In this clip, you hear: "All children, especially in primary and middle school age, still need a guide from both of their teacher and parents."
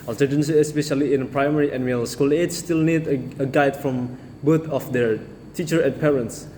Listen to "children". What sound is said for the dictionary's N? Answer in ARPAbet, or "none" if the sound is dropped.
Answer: none